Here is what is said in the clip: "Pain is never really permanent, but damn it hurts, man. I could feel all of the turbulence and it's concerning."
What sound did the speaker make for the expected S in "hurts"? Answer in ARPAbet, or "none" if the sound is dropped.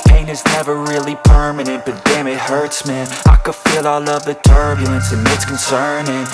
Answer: S